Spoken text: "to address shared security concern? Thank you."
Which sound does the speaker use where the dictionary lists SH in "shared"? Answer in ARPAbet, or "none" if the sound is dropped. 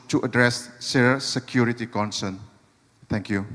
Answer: S